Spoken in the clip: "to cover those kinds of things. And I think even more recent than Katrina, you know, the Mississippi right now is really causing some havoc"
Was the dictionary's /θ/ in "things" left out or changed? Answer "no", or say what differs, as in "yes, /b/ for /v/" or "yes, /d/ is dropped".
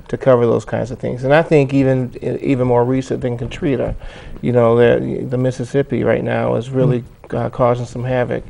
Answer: no